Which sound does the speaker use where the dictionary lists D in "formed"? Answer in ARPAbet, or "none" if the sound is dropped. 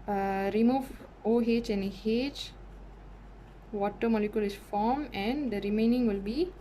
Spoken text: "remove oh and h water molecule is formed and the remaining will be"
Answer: none